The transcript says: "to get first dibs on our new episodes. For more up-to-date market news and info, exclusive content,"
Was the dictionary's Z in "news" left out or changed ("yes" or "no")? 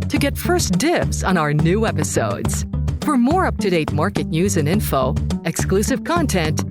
no